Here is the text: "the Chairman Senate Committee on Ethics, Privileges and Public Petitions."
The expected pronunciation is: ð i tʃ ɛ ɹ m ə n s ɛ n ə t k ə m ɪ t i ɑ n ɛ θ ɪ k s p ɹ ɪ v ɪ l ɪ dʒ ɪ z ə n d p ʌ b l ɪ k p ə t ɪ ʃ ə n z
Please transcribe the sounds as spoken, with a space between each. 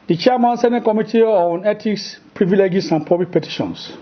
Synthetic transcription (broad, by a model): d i tʃ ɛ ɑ m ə n s ɛ n ə t k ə m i t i ɑ n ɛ t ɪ k s p ɹ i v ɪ l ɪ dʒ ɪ s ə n p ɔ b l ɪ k p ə t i ʃ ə n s